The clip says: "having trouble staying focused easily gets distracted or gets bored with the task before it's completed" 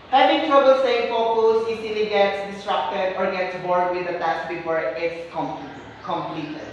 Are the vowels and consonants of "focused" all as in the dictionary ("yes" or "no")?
no